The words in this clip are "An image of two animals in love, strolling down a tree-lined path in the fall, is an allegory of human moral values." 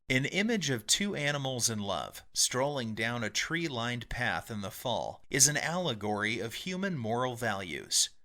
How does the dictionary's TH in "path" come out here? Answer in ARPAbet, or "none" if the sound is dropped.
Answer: TH